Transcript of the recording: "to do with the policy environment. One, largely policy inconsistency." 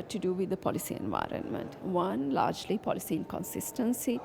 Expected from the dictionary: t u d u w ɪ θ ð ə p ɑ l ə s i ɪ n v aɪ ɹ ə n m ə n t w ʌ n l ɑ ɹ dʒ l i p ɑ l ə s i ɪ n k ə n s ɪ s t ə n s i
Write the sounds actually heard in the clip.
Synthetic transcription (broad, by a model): t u d u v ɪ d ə p ɑ l ə s i ɪ n v aɪ ɹ ə n m ə n t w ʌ n l ɑ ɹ dʒ l i p ɑ l ə s i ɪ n k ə n s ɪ s t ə n s i